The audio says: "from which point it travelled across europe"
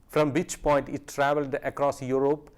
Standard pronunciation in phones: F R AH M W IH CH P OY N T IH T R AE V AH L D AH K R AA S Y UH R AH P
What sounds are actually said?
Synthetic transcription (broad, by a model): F R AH M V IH CH P OY N T IH T R AE V AH L D AH K R AA S Y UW R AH P